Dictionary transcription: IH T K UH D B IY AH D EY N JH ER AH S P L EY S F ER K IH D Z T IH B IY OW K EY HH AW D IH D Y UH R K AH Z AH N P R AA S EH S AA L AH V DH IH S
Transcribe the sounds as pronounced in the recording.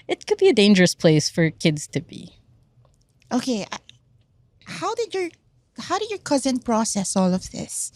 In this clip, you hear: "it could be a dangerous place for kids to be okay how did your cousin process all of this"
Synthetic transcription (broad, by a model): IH T K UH D B IY AH D EY N JH ER AH S P L EY S F ER K IH D Z T IH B IY OW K EY HH AW D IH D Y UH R K AH Z AH N P R AA S EH S AA L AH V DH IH S